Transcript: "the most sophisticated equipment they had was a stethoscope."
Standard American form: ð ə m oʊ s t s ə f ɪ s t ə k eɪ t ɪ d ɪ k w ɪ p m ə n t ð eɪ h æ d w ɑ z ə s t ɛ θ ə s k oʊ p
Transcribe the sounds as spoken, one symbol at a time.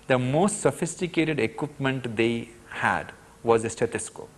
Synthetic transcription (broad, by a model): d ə m oʊ s t s ə f ɪ s t ə k eɪ t ɪ d ɪ k w ɪ p m ə n t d eɪ h æ d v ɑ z s t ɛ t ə s k oʊ